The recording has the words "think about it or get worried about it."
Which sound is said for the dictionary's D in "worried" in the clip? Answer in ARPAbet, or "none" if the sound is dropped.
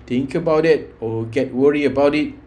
none